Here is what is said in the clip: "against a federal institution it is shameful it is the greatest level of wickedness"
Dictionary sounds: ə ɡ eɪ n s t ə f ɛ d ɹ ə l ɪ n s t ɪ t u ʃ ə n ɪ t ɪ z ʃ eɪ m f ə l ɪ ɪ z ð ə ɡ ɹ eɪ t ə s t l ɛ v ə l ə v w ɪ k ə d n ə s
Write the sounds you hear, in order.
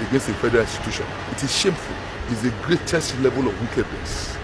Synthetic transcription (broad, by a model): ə ɡ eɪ n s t ə f ɛ d ɹ ə l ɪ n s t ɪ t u ʃ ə n ɪ t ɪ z ʃ eɪ m f ə l ɪ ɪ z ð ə ɡ ɹ eɪ t ə s t l ɛ v ə l ə v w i k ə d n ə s